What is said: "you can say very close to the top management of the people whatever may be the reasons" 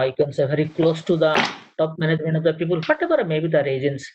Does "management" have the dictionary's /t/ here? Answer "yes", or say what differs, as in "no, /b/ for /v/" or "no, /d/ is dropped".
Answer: no, /t/ is dropped